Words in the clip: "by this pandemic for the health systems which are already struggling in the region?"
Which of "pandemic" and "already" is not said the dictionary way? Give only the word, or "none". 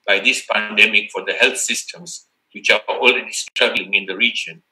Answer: already